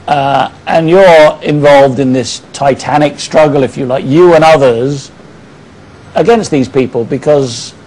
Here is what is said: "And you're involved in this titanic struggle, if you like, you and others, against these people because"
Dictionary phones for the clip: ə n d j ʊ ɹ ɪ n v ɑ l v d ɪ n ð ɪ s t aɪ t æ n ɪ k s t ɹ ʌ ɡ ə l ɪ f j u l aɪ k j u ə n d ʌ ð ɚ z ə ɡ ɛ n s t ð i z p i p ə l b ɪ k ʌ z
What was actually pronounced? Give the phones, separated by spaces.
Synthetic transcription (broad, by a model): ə n j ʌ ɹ ɪ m v ɑ l v d ɪ n ð ɪ s t aɪ t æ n ɪ k s t ɹ ʌ ɡ ə l ɪ f j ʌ l aɪ k j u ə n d ʌ ð ɚ z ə ɡ ɛ n s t ð i z p i p ə l b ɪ k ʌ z